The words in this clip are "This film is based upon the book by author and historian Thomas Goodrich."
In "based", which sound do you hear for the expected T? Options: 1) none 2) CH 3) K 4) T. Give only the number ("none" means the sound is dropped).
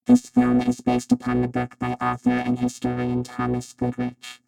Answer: 4